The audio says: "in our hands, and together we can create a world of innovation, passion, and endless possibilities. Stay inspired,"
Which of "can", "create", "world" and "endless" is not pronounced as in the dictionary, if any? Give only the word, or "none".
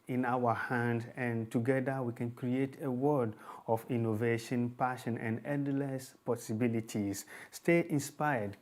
world